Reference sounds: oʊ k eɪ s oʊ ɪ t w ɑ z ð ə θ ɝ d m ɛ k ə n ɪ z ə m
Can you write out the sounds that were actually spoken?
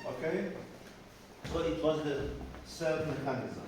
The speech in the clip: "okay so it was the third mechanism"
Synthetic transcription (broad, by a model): oʊ k eɪ s oʊ ɪ t w ɑ z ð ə s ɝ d m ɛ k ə n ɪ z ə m